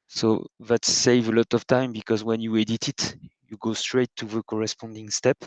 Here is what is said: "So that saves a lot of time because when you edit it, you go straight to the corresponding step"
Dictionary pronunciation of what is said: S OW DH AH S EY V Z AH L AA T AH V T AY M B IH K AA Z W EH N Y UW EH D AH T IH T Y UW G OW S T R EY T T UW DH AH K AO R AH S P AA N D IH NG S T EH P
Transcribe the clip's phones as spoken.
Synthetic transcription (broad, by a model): S OW DH AH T EY V AH L AA T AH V T AY M B IH K AA Z W EH N Y UW EH D AH T IH T Y UW G OW S T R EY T T UW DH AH K AO R AH S P AA N D IH NG S T EH P